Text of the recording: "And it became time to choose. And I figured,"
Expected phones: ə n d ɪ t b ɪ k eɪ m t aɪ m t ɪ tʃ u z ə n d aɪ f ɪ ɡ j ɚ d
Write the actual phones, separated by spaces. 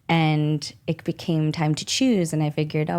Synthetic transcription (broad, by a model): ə n ɪ t b ɪ k eɪ m t aɪ m t ɪ tʃ u z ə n aɪ f ɪ ɡ j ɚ d